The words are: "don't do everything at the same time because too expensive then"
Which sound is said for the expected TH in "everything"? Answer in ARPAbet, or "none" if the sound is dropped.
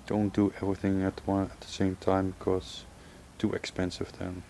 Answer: TH